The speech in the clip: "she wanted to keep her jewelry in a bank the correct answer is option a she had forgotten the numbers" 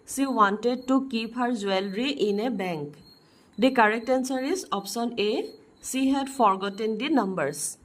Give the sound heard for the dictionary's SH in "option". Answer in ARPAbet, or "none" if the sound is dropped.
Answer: S